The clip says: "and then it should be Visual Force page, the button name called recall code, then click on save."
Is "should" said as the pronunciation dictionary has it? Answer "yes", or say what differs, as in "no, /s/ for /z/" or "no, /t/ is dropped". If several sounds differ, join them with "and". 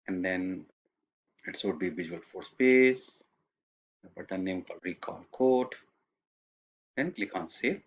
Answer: no, /s/ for /ʃ/